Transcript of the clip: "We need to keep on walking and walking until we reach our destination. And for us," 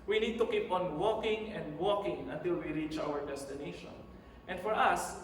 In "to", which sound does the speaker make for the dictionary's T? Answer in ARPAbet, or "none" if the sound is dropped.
T